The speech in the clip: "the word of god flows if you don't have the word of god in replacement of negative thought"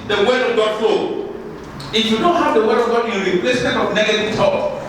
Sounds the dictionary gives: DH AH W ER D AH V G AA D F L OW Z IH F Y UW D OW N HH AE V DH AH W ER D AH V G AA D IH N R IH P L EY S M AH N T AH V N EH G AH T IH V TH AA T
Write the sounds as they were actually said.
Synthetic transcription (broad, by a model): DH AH W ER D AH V G AA D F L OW IH F Y UW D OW HH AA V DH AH W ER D AH V G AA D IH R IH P L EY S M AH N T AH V N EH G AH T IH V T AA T